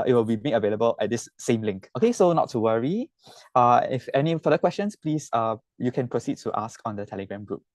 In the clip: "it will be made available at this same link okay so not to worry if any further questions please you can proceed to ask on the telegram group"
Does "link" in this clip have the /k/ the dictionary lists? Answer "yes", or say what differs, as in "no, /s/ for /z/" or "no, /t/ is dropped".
yes